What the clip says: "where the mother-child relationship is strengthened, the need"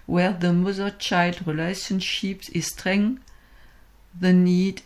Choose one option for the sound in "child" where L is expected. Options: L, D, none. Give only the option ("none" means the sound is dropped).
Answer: L